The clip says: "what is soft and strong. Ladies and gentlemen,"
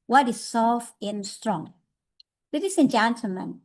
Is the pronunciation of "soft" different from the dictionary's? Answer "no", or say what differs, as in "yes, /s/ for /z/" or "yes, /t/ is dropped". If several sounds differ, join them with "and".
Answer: yes, /t/ is dropped